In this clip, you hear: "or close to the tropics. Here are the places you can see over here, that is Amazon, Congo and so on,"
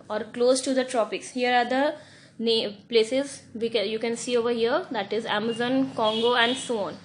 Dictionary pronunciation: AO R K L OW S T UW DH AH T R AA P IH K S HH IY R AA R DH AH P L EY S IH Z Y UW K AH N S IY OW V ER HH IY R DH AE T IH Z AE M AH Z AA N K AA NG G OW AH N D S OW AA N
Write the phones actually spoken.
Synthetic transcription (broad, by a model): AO R K L OW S T UW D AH T R AA P IH K S HH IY R AA R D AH P L EY S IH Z Y UW K AH N S IY OW V ER HH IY R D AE T IH Z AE M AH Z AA N K AA NG G OW AH N D S OW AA N